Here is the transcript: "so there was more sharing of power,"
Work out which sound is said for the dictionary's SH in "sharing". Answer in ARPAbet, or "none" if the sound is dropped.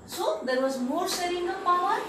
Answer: S